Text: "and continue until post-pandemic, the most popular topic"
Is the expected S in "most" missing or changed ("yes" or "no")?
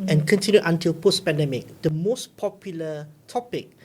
no